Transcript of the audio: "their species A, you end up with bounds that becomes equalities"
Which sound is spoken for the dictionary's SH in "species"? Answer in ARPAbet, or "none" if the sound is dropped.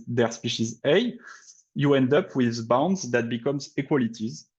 SH